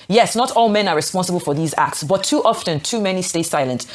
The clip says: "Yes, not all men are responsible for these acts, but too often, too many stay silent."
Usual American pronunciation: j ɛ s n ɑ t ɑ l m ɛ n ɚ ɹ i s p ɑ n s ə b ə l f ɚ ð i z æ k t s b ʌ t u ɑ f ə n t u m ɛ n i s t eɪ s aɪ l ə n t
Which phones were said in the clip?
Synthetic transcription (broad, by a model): j ɛ s n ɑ t ɑ l m ɛ n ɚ ɹ i s p ɑ n s ə b ə l f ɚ ð i z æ k t s b ʌ t u ɑ f ə n t u m ɛ n i s t eɪ s aɪ l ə n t